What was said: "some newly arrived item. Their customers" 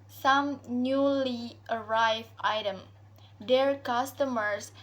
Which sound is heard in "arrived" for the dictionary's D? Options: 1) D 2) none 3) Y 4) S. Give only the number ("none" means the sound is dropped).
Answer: 2